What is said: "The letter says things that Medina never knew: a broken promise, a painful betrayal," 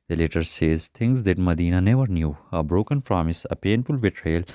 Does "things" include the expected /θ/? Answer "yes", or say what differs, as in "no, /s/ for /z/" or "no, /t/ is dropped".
no, /t/ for /θ/